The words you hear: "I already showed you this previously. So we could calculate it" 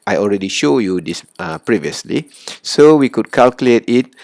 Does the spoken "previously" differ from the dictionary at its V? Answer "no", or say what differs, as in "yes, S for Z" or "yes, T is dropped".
no